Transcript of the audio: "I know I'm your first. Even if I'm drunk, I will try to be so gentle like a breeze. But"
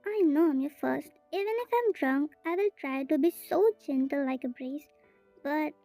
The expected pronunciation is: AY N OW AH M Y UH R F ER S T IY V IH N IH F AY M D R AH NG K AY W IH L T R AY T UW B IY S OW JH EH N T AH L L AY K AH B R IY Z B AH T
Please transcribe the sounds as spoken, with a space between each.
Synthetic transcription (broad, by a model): AY N OW AH M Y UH F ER S T IY V IH N IH F AY M D R AH NG K AY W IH L T R AY T UW B IY S OW JH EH N T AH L L AY K AH B R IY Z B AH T